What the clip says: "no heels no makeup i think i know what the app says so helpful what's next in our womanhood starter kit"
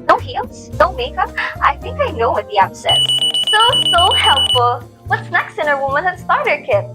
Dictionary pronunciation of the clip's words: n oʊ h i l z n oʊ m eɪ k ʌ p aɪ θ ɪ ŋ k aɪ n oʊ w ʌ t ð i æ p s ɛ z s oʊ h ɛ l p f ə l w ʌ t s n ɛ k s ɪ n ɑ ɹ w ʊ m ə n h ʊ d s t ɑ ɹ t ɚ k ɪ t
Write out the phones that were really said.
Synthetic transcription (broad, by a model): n oʊ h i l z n oʊ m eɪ k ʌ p aɪ θ ɪ ŋ k aɪ n oʊ w ʌ t ð i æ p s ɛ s s oʊ h ɛ l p f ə l w ʌ t s n ɛ k s ɪ n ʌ ɹ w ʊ m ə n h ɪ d s t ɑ ɹ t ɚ k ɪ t